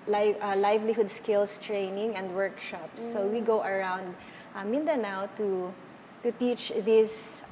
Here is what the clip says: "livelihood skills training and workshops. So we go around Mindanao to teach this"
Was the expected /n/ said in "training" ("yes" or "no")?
yes